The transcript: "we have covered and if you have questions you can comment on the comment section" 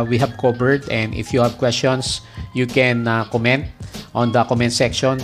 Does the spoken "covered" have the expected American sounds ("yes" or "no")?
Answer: no